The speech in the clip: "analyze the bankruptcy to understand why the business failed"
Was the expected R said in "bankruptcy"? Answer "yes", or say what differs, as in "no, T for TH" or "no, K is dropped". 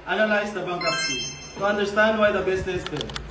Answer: no, R is dropped